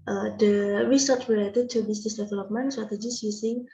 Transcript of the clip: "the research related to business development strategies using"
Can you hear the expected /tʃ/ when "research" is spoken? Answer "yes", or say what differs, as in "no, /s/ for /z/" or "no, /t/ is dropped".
no, /s/ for /tʃ/